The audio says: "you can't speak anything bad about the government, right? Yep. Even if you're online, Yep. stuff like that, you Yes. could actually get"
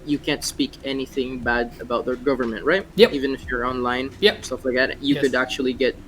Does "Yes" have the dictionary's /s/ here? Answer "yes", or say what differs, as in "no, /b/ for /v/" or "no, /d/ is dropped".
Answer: no, /s/ is dropped